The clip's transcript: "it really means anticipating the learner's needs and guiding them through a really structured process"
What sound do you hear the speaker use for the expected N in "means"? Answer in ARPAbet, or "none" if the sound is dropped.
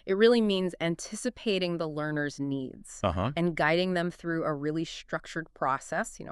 N